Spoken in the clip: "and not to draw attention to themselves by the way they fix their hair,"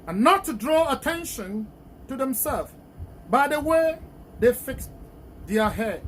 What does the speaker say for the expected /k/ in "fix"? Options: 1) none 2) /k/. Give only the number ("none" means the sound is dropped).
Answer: 2